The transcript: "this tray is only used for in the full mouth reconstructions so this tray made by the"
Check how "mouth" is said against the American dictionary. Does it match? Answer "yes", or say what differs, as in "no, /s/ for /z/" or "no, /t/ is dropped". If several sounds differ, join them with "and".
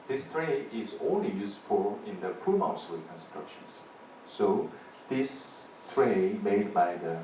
no, /s/ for /θ/